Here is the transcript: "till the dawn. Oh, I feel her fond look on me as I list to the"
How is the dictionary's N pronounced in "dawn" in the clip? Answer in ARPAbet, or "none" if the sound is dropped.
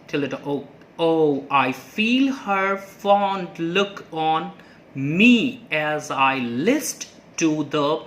none